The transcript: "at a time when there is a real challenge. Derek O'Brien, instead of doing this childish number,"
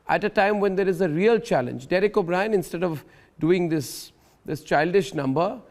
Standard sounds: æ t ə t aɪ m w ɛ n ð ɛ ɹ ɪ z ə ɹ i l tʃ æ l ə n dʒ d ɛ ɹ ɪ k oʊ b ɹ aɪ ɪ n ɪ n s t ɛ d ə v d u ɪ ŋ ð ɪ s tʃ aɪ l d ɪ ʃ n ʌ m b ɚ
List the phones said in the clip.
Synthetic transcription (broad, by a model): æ t ə t aɪ m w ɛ n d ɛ ɹ ɪ z ə ɹ i l tʃ æ l ə n dʒ d ɛ ɹ ɪ k oʊ b ɹ aɪ ɪ n ɪ n s t ɛ d ə v d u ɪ ŋ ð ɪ s tʃ aɪ l d ɪ ʃ n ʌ m b ɚ